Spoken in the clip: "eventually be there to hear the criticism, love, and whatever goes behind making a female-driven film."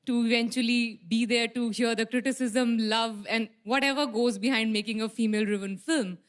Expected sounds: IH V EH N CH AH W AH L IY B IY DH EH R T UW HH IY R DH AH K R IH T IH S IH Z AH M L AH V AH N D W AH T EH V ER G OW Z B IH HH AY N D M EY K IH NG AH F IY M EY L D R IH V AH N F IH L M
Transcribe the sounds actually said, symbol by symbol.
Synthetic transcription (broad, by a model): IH V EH N CH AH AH L IY B IY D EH R T UW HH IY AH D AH K R IH T IH S IH Z AH M L AH V AH N D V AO T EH V ER G OW Z B IH HH AY N D M EY K IH NG AH F IY M EY L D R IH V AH N F IH L M